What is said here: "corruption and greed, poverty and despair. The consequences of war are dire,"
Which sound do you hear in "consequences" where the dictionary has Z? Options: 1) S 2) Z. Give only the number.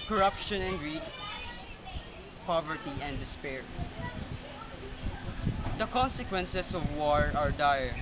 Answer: 1